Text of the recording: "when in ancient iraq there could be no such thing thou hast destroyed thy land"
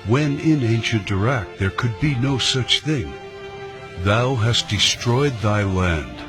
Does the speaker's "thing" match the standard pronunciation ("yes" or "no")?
yes